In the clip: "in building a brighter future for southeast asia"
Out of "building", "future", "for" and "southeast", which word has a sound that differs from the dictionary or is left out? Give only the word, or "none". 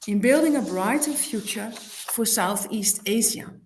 none